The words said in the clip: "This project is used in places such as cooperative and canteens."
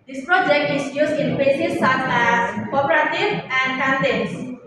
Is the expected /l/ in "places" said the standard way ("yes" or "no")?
no